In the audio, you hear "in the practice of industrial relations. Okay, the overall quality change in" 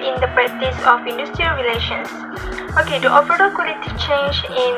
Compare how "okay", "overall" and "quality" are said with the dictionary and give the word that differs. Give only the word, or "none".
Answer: overall